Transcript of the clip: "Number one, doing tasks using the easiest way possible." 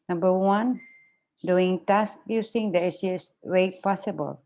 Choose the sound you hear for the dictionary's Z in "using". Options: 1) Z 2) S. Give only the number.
2